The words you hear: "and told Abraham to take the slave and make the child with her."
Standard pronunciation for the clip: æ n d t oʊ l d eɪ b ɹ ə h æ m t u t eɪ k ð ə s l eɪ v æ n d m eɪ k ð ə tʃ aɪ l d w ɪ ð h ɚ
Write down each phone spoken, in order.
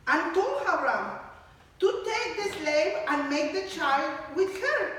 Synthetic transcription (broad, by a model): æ n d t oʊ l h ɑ ɹ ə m t u t eɪ k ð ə s l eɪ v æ n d m eɪ k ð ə tʃ aɪ l d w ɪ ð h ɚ